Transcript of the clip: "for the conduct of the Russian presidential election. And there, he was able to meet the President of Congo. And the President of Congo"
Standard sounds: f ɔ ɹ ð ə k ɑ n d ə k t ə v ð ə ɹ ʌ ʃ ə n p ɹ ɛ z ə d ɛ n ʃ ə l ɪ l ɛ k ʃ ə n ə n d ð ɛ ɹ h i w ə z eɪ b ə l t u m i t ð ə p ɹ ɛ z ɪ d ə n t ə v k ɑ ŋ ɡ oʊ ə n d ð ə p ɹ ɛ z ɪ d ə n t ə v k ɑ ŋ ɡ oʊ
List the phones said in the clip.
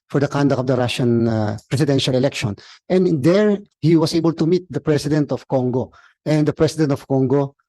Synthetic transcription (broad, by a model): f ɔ ɹ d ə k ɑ n d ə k ə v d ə ɹ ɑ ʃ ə n p ɹ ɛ s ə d ɛ n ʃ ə l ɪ l ɛ k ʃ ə n ə n d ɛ ɹ h i w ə s eɪ b ə l t u m i t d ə p ɹ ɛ s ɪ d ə n t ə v k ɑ ŋ ɡ oʊ ə n d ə p ɹ ɛ s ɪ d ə n t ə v k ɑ ŋ ɡ oʊ